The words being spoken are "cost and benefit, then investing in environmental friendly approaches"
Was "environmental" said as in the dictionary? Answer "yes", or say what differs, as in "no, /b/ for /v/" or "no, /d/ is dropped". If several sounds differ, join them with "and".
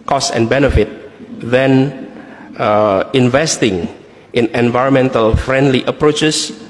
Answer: yes